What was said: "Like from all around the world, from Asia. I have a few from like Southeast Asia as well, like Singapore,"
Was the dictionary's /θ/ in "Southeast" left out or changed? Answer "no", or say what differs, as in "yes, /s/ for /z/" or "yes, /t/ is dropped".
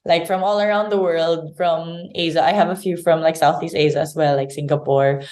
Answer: no